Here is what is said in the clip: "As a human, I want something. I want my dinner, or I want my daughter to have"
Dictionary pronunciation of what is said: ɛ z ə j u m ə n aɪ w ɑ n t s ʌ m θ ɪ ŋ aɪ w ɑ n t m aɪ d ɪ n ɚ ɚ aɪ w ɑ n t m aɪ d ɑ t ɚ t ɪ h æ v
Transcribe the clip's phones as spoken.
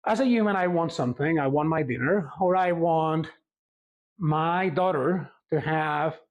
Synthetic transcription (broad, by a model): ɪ z ə j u m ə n aɪ w ɑ n t s ʌ m θ ɪ ŋ aɪ w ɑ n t m aɪ d ɪ n ɚ ɚ aɪ w ɑ n t m aɪ d ɑ t ɚ t ɪ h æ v